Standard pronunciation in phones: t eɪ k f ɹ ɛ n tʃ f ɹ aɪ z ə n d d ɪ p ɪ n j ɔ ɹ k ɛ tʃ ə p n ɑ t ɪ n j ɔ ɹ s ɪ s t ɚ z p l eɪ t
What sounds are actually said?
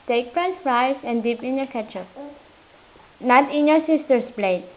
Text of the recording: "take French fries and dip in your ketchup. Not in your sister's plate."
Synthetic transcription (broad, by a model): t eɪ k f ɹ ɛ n s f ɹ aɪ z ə n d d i p ɪ n j ɔ ɹ k ɛ tʃ ə p n ɑ t ɪ n j ɔ ɹ s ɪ s t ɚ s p l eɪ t